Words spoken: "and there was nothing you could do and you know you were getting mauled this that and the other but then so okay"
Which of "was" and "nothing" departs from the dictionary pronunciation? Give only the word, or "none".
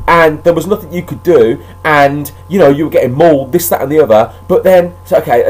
none